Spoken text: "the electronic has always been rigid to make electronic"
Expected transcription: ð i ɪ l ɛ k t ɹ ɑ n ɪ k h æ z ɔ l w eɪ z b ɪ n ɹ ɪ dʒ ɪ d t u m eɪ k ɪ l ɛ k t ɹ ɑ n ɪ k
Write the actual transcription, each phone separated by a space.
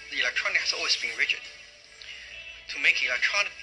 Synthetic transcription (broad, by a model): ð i ɪ l ɛ k t ɹ ɑ n ɪ k h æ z ɔ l w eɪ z b ɪ n ɹ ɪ tʃ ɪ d t u m eɪ k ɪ l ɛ k t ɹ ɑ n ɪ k